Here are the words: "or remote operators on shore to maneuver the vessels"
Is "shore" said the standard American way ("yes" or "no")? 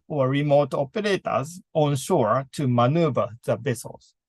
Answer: yes